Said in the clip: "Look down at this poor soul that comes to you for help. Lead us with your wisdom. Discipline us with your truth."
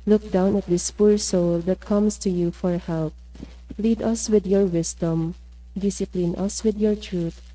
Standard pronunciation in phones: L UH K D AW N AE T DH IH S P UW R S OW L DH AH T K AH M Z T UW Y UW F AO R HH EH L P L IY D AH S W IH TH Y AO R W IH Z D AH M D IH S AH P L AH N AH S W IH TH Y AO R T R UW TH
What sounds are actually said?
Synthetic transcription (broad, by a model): L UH K D AW N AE T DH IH S P UW R S OW L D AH T K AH M S T UW Y UW F AO R HH EH L P L IY D AH S W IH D Y AO R W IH S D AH M D IH S AH P L AH N AH S W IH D Y AO R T R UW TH